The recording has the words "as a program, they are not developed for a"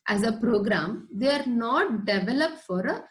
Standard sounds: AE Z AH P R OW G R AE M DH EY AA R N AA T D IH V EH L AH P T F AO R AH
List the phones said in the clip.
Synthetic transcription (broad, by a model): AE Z AH P R OW G R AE M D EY AA R N AA T D IH V EH L AH P T F AO R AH